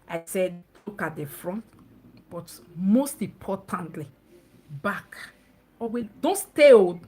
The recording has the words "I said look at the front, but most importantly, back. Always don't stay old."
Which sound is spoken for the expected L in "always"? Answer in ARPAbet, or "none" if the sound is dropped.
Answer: none